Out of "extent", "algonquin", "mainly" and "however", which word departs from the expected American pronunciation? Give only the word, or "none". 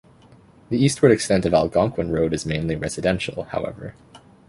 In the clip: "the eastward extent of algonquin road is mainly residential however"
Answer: none